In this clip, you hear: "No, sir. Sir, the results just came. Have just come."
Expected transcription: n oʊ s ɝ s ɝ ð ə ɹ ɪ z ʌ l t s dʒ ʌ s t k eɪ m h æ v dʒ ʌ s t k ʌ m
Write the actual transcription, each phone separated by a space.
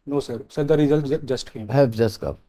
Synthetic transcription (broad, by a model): n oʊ s ɝ s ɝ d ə ɹ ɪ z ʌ l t dʒ ʌ s t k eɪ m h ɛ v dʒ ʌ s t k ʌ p